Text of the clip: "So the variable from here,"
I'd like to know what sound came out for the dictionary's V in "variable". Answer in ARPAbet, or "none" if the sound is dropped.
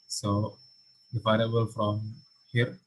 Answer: P